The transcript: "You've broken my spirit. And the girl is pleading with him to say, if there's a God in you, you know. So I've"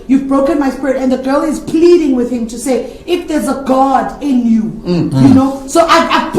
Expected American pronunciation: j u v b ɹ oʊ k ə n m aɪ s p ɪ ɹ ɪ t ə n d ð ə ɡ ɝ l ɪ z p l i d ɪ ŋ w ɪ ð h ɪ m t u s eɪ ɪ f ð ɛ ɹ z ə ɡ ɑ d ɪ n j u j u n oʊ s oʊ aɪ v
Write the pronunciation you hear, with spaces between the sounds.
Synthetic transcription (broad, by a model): j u v b ɹ oʊ k ə n m aɪ s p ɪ ɹ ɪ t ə n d ð ə ɡ ɝ l ɪ z p l i d ɪ ŋ w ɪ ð h ɪ m t u s eɪ ɪ f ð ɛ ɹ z ə ɡ ɑ d ɪ n j u j u n oʊ s oʊ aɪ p